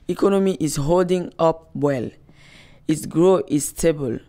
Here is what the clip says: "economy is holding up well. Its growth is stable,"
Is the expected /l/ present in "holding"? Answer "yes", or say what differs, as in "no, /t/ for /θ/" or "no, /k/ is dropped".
yes